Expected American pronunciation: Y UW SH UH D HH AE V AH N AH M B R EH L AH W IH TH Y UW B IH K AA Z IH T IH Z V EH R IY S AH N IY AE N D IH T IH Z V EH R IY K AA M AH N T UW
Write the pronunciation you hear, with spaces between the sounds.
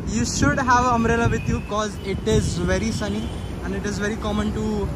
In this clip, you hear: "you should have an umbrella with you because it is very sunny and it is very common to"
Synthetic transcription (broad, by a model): Y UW SH UH D HH AE V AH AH M R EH L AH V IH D Y UW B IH K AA Z IH T IH Z V EH R IY S AH N IY AE N D IH T IH Z V EH R IY K AA M AH N T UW